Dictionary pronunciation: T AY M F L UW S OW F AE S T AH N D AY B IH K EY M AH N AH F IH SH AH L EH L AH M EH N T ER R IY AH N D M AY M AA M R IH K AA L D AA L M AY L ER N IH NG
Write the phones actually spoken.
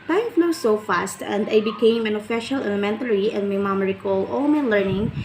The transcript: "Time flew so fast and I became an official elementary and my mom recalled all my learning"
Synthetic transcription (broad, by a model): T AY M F N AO S OW F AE S T AH N D AY B IH K EY M AH N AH F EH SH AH L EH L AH M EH N T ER R IY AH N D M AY M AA M R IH K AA L AA L M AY L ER N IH NG